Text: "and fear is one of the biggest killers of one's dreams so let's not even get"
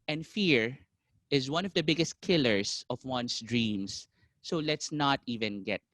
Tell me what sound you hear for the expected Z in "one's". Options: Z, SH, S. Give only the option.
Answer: S